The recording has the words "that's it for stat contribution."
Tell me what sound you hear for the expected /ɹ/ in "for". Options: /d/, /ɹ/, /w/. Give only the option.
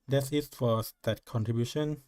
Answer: /w/